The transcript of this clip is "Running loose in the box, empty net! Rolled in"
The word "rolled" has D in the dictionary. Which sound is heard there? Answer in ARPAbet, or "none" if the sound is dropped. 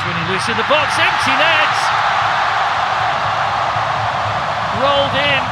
D